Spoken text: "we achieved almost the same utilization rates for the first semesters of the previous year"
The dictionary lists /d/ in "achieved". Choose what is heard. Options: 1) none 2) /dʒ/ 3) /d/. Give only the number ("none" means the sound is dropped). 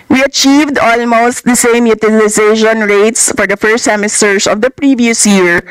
3